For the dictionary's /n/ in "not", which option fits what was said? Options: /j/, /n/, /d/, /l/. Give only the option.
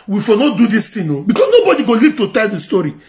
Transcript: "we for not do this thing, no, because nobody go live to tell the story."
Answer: /n/